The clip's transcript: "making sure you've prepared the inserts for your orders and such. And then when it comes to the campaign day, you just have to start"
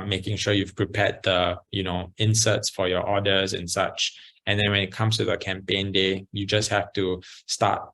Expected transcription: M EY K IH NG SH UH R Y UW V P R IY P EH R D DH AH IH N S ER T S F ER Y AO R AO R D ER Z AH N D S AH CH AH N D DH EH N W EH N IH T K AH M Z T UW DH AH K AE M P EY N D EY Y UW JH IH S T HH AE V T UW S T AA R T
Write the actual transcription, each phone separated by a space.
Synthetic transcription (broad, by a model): M EY K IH NG SH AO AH Y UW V P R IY P EH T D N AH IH N S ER T S F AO Y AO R AO D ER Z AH N S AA CH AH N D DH EH N W EH N IH T K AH M S T UW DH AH K AE M P EY N D EY Y UW JH IH S T HH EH F T UW S T AA T